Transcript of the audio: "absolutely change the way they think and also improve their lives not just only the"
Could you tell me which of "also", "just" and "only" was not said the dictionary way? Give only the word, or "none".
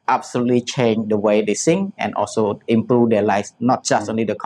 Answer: none